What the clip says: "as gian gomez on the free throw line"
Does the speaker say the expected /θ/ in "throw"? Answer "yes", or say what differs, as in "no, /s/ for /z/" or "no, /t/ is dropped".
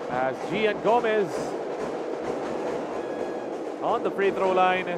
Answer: no, /t/ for /θ/